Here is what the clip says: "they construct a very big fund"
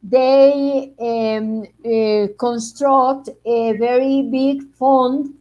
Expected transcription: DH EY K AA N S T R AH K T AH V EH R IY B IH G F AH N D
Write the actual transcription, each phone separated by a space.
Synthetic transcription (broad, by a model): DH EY K AA N S T R AH K T AH V EH R IY B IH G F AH N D